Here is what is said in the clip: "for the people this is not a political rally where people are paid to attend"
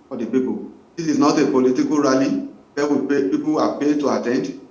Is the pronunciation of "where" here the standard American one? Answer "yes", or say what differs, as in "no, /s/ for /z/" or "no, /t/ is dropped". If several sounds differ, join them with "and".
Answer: no, /w/ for /ɹ/